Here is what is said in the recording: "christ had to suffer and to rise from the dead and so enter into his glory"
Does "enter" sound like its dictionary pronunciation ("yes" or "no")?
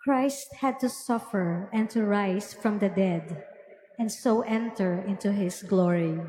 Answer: yes